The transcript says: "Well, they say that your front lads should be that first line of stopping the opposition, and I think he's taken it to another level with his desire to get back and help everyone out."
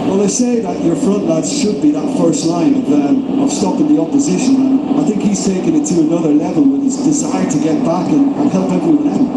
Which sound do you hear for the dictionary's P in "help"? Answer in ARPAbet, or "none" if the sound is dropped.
P